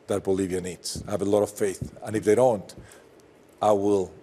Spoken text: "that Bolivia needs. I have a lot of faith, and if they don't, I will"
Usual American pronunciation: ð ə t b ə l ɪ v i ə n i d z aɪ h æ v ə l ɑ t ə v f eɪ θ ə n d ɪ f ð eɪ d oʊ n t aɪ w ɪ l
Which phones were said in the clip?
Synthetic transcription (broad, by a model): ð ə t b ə l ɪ v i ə n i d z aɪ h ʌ v ə l ɑ t ə v f eɪ θ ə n ɪ f ð eɪ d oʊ n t aɪ w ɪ l